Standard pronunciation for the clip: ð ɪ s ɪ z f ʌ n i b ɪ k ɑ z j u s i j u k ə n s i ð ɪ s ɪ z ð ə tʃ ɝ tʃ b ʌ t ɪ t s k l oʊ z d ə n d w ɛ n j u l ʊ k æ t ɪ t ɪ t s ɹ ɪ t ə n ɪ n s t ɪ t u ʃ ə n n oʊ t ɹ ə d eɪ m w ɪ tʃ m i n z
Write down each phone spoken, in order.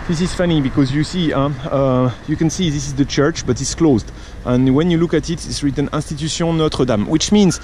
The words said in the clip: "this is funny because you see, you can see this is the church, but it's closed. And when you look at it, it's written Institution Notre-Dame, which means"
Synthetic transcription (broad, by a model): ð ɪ s ɪ z f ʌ n i b ɪ k ɑ z j u s i j u k ə n s i ð ɪ s ɪ z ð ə tʃ ɝ tʃ b ʌ t ɪ t s k l oʊ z d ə n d w ɛ n j u l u k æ t ɪ t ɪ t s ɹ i t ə n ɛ s t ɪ t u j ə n n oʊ t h ə d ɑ m w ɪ tʃ m i n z